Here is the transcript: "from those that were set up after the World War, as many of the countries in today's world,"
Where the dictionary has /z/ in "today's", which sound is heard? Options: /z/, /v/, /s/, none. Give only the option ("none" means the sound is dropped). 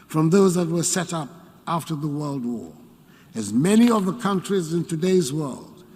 /z/